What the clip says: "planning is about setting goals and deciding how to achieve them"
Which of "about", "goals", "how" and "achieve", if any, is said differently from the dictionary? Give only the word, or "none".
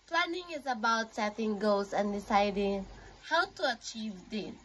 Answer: goals